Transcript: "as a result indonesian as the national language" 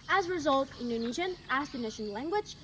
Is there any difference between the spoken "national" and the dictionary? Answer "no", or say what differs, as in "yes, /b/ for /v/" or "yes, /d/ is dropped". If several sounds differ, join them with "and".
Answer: yes, /n/ is dropped and /n/ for /l/